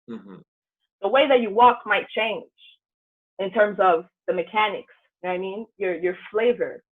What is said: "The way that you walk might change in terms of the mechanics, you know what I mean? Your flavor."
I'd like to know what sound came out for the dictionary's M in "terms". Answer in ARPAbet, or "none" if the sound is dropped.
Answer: M